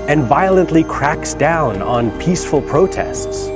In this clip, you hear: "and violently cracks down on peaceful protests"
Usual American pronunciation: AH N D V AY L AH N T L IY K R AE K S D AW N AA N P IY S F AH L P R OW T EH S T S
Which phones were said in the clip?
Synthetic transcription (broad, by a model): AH N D V AY L AH N T L IY K R AE K S D AW N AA N P IY S F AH L P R OW T EH S T S